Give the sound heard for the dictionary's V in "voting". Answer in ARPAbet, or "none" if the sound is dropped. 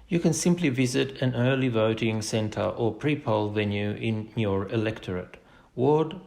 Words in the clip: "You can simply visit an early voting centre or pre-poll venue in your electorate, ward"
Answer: V